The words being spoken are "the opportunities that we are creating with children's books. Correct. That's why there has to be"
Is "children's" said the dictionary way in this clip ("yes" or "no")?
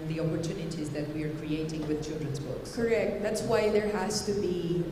yes